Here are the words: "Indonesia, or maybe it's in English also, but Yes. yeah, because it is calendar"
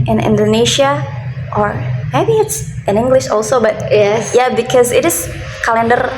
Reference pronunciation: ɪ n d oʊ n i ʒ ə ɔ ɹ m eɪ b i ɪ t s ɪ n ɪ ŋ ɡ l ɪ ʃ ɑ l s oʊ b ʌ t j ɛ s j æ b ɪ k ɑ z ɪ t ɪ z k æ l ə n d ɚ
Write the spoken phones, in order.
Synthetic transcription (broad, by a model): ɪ n d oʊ n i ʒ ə ɔ ɹ m eɪ b i ɪ t s ɪ n ɪ ŋ ɡ l ɪ ʃ ɑ l s oʊ b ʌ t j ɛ j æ b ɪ k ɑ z ɪ t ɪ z k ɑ l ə n d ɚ